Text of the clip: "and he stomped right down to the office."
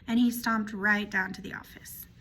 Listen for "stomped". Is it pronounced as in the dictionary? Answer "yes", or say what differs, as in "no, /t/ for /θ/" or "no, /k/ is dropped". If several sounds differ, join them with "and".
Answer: yes